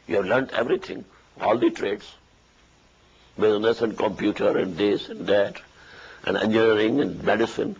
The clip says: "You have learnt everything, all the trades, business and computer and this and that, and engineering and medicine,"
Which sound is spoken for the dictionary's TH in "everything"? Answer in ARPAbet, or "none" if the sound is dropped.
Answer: T